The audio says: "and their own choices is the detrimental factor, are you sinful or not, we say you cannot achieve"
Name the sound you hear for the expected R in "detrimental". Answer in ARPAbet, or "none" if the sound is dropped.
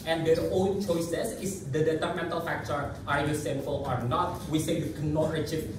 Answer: none